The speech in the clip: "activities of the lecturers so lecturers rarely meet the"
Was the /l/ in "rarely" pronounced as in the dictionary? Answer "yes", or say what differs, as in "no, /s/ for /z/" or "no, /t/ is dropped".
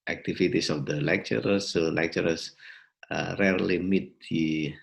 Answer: yes